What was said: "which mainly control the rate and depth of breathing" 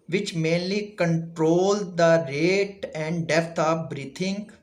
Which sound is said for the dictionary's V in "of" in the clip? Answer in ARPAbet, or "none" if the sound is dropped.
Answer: P